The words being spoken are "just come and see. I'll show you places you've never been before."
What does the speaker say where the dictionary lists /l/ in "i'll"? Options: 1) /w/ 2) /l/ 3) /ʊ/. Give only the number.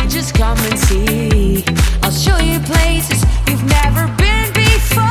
2